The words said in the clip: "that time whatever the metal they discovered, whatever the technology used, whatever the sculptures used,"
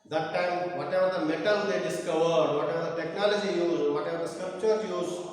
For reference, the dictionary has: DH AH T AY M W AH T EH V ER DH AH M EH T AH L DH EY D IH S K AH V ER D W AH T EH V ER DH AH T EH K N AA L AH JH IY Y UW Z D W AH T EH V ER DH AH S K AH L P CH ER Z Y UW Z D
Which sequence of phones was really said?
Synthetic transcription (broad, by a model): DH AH T AY M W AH T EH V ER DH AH M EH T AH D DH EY D IH S K AH V ER D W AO T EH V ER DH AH T EH K N AA L AH JH IY Y UW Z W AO T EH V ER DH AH S K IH P CH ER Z Y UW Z